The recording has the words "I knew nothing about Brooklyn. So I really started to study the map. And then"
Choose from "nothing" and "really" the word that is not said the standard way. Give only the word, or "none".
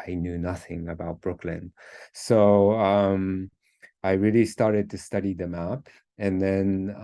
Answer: none